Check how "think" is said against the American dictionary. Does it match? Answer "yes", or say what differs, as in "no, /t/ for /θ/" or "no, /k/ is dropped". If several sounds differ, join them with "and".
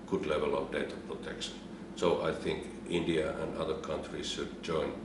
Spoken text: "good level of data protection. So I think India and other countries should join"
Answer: yes